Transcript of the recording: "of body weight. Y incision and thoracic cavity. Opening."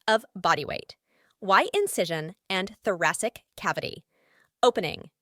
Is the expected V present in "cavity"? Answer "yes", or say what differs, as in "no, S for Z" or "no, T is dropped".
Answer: yes